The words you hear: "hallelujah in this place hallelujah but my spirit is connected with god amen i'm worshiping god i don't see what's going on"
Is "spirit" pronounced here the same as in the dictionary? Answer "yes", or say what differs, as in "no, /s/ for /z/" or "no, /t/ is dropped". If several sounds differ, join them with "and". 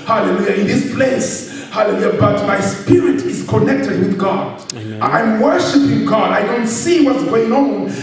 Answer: yes